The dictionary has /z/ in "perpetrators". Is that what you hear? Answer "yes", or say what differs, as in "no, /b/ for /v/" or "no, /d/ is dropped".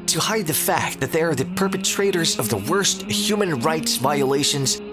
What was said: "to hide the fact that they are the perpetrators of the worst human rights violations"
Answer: yes